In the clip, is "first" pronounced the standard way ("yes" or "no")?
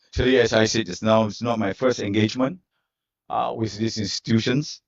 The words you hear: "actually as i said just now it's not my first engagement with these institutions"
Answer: yes